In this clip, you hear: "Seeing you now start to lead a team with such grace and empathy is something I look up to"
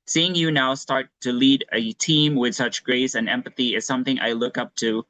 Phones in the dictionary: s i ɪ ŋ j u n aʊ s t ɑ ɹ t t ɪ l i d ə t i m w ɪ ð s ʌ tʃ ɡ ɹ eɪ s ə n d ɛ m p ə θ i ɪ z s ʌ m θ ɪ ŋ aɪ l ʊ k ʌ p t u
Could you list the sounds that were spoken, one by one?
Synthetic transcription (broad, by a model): s i ɪ ŋ j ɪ n aʊ s t ɑ ɹ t t ɪ l i d ə t i m w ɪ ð s ʌ tʃ ɡ ɹ eɪ s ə n ɛ m p ə θ i ɪ z s ʌ m θ ɪ ŋ aɪ l ʊ k ʌ p t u